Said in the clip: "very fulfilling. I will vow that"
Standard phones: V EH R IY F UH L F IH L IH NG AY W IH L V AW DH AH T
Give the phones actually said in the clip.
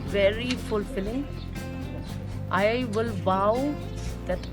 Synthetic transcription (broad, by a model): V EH R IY F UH L F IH L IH NG AY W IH L B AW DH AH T